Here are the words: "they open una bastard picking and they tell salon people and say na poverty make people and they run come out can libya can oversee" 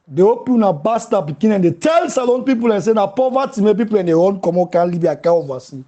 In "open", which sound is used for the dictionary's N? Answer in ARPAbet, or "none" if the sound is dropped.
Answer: none